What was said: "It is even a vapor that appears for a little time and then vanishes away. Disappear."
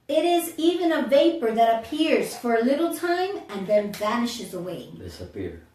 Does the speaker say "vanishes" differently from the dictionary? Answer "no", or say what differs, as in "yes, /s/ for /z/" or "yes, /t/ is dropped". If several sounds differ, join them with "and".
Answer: no